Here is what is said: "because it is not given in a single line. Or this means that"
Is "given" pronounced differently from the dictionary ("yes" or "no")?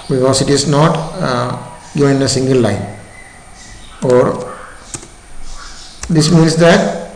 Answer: yes